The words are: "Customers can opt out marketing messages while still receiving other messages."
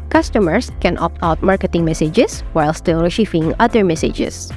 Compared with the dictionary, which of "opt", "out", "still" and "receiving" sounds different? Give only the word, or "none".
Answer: receiving